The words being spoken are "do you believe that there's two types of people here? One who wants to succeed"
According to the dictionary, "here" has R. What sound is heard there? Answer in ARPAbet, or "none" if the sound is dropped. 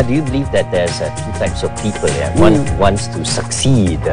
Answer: W